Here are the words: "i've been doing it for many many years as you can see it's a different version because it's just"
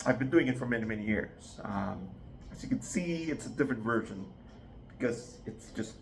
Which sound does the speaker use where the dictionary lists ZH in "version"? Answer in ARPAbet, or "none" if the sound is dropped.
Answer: ZH